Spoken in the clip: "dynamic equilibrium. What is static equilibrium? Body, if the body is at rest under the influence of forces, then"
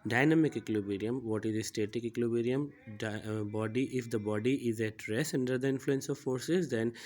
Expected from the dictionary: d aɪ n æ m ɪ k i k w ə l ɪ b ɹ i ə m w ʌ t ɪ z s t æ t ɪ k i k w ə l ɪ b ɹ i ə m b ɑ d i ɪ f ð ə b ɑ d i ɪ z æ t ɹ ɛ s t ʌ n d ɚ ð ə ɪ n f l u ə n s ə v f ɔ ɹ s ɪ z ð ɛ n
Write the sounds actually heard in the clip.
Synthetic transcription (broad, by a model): d aɪ n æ m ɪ k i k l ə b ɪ ɹ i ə m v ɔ t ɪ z s t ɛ t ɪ k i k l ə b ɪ ɹ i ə m b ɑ d i ɪ f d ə b ɑ d i ɪ z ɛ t ɹ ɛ s ʌ n d ɚ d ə ɪ n f l u ə n s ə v f ɔ ɹ s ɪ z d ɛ n